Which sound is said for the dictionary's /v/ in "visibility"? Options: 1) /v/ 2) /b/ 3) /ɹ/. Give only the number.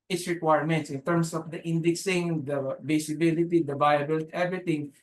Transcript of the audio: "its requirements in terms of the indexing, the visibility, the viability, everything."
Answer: 2